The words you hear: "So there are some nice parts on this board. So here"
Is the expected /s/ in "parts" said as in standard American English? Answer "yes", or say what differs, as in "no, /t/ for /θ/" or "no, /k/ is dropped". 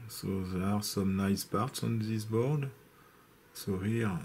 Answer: yes